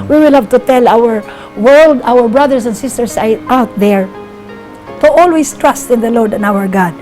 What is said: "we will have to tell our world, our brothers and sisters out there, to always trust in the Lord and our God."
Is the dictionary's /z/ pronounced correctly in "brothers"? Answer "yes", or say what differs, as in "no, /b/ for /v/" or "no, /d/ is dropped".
no, /s/ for /z/